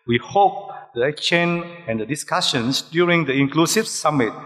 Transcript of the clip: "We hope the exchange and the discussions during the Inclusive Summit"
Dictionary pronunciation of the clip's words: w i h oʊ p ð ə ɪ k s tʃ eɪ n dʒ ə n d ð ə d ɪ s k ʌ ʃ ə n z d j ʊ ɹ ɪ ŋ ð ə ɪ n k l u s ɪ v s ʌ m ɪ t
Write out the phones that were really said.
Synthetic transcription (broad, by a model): w i h oʊ p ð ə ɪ k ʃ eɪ n ə n d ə d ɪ s k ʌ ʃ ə n s d j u ɹ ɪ ŋ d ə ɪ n k l u s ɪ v s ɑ m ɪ t